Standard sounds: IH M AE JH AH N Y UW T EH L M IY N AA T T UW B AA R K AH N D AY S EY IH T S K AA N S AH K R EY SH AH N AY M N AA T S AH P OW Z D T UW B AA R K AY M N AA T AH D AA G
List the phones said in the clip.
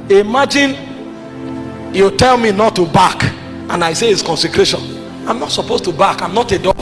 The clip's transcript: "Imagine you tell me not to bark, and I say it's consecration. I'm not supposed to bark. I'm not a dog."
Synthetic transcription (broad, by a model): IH M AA JH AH N Y UW T EH L M IY N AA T T UW B AA K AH N AY S EY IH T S K AA N S AH K R EY SH AH N AY M N AA T S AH P OW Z T UW B AA K AY M N AA T AH D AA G